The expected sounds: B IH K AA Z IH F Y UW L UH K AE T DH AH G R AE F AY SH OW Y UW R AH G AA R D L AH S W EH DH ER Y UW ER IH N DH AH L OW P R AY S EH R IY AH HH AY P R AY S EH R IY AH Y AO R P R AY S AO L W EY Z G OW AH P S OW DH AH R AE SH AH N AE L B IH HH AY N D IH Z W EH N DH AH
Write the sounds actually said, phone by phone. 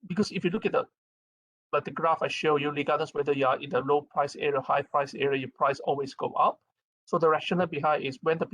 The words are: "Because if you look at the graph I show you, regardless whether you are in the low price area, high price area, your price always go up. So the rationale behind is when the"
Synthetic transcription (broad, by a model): B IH K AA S IH F Y UW L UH K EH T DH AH G R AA F AY SH OW Y UW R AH G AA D AH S W EH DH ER Y UW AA IH N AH L OW P R AY S EH R IY AH HH AY P R AY S EH R IY AH Y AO P R AY S AO L W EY S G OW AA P S OW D AH R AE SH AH N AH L B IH HH AY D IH S W EH N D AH